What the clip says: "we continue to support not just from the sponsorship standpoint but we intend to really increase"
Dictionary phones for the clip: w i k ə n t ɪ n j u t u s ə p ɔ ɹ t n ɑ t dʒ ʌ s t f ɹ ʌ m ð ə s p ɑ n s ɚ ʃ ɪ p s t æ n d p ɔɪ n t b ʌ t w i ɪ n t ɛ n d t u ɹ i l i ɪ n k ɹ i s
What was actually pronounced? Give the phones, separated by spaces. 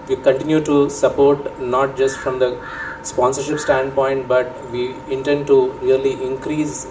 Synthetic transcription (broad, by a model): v i k ə n t ɪ n j u t u s ə p ɔ ɹ t n ɑ t dʒ ʌ s t f ɹ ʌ m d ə s p ɑ n s ɚ ʃ ɪ p s t æ n d p ɔɪ n t b ʌ t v i ɪ n t ɛ n d t u ɹ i l i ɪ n k ɹ i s